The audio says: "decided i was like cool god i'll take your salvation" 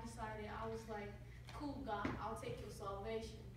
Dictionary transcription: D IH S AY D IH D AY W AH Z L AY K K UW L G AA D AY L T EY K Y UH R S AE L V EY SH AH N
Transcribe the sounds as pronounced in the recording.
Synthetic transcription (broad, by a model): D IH S AY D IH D AY W AH Z L AY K K UW L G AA AY L T EY K Y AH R S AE L V EY SH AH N